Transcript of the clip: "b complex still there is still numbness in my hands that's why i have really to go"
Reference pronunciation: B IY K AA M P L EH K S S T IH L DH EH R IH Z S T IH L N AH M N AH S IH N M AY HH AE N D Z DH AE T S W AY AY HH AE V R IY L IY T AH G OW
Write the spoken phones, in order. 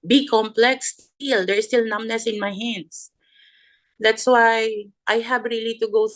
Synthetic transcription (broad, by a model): B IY K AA M P L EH K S S T IH L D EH R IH S T IH L N AH M N AH S IH N M AY HH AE N D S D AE T S W AY AY HH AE B R IY L IY T AH G OW